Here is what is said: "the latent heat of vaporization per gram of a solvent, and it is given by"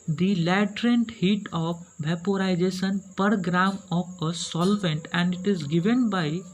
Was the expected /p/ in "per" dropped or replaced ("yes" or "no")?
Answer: no